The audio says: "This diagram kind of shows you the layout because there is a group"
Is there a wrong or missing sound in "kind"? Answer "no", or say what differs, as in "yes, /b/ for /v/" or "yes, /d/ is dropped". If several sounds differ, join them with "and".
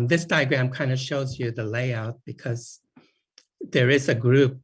no